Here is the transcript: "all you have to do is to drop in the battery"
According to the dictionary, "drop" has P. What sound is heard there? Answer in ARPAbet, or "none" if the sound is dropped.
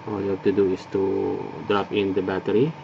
F